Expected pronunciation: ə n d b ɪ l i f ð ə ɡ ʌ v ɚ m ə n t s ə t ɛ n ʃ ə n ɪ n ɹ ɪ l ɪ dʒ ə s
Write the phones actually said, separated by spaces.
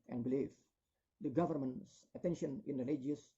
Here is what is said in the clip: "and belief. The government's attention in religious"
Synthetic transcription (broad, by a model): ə n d b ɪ l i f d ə ɡ ʌ v ɚ m ə n t s ə t ɛ n ʃ ə n ɪ n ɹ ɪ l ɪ dʒ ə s